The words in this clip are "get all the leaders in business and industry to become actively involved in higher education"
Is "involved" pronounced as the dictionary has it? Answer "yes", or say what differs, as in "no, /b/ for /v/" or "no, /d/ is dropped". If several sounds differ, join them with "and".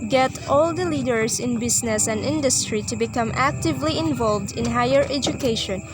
yes